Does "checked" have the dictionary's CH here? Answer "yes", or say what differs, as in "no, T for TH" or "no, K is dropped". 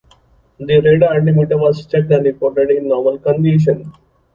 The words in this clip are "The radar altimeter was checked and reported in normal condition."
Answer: no, S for CH